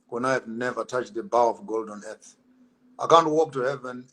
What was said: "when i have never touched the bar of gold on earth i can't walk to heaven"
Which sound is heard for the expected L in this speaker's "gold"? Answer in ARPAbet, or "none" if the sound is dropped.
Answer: L